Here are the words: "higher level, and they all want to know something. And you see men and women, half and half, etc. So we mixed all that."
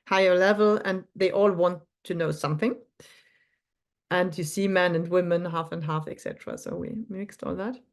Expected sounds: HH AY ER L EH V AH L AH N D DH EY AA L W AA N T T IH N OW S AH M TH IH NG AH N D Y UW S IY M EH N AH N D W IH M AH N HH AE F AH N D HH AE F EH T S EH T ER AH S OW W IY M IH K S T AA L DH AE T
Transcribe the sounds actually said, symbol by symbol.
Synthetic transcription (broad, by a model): HH AY ER L EH V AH L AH N DH EY AA L W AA N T T IH N OW S AH M TH IH NG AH N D Y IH S IY M EH N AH N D W IH M AH N HH AE F AH N D HH AE F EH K S EH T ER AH S OW W IY M IH K S T AA L DH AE T